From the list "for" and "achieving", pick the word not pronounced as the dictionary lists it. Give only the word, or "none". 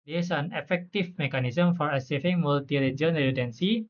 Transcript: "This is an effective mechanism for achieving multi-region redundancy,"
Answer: achieving